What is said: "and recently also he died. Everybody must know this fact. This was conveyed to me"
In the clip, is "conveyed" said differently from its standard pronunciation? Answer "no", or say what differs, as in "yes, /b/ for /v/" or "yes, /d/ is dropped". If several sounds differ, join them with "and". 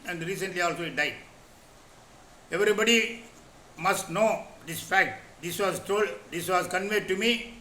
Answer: no